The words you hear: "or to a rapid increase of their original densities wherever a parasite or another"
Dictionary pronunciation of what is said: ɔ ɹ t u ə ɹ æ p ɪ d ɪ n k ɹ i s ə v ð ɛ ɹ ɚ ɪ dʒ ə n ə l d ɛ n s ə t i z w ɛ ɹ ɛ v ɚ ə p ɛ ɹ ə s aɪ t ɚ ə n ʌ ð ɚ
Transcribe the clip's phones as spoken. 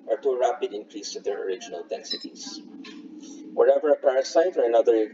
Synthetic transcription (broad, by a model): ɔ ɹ t u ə ɹ æ p ɪ d ɪ n k ɹ i s ə v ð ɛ ɹ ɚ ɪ dʒ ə n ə l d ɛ n s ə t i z w ɛ ɹ ɛ v ɚ ə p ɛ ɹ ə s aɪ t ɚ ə n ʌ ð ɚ